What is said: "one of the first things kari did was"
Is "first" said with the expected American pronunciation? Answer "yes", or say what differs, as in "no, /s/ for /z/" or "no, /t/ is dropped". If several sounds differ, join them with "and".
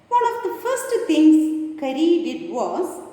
yes